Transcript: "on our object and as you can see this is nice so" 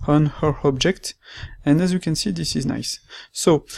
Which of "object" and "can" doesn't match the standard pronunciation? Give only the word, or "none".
none